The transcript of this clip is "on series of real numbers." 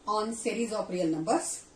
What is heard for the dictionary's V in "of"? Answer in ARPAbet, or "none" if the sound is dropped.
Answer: P